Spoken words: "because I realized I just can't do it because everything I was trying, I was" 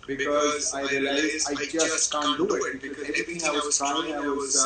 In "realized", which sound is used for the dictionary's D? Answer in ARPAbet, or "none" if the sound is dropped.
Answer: none